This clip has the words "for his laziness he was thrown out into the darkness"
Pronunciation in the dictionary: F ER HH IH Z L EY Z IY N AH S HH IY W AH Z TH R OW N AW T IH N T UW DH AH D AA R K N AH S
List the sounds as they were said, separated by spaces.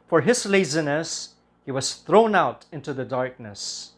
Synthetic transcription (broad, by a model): F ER HH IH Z L EY Z IY N AH S HH IY W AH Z TH R OW N AW T IH N T UW DH AH D AA R K N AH S